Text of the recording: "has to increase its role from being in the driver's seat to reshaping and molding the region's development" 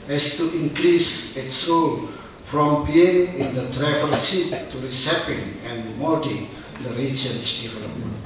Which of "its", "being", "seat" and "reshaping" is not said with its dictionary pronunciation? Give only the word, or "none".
reshaping